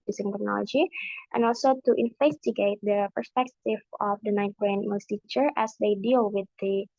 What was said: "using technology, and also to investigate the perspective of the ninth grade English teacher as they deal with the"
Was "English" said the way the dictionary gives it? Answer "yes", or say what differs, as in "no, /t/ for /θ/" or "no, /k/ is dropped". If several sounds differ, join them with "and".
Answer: no, /ŋ/ is dropped